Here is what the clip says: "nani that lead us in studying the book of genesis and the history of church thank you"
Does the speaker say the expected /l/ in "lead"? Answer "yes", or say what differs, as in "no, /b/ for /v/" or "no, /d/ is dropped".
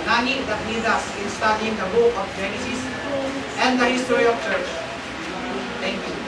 no, /n/ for /l/